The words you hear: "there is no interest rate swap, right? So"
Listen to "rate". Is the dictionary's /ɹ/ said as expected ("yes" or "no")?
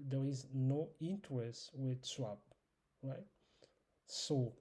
no